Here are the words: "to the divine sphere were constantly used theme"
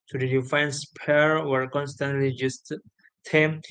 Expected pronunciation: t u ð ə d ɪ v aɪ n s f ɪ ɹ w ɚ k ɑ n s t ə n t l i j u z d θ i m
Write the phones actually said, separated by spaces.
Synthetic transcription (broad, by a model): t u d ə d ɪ f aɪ n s p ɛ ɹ w ɚ k ɑ n s t ə n t l i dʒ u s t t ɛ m